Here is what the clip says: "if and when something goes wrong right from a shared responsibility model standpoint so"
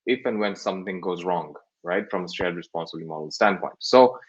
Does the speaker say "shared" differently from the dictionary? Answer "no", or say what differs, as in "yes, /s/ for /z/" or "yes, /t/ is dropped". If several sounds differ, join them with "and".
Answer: yes, /s/ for /ʃ/